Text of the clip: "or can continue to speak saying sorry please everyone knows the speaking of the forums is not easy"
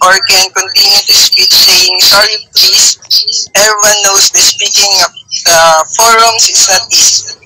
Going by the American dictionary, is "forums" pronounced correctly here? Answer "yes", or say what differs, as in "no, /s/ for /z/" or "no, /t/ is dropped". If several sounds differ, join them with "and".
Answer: no, /s/ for /z/